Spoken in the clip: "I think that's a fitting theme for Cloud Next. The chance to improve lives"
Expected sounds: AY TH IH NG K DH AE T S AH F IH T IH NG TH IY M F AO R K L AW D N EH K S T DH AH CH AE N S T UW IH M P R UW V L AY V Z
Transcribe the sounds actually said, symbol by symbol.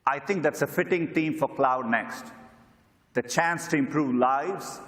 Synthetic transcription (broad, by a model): AY T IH NG K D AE T S AH F IH T IH NG T IY M F AO R K L AW D N EH K S T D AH CH AE N S T UW IH M P R UW V L AY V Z